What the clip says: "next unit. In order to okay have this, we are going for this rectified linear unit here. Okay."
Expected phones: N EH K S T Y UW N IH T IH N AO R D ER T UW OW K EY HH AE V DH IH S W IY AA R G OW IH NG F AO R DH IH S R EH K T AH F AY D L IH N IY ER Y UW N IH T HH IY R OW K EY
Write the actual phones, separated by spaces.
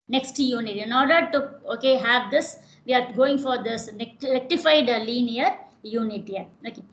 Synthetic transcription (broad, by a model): N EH K S T Y UW N IH T IH N AO R D ER T UW OW K EY HH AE V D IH S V IY AA R G OW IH NG F AO R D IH S L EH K T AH F AY D L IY N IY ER Y UW N IH T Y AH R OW K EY